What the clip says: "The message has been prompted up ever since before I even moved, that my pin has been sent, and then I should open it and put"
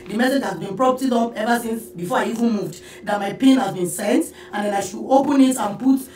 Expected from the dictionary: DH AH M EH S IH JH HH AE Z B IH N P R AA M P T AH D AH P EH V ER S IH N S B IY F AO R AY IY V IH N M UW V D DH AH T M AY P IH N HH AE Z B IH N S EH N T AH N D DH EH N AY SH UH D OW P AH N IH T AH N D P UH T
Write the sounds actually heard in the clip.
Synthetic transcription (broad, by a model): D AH M EH S IH JH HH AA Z B IH N P R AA P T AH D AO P EH V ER S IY N S B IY F AO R AY IY V IH N M UW V D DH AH T M AY P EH N HH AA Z B IH N S EH N T AH N D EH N AY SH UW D OW P AH N IH T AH N P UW T